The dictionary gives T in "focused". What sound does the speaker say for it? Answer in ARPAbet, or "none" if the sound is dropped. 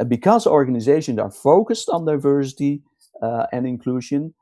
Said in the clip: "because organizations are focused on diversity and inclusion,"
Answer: T